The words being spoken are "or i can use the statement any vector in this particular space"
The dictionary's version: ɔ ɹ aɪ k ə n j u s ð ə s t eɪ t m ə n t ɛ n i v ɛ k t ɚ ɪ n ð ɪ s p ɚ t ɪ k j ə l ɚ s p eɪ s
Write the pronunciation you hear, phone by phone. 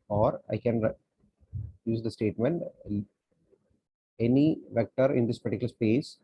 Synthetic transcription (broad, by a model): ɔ ɹ aɪ k ə n j u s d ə s t eɪ t m ə n t ɛ n i v ɛ k t ɚ ɪ n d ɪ s p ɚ t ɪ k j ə l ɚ s p eɪ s